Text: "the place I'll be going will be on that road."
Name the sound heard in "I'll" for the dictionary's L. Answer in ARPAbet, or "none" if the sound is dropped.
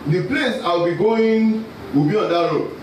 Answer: W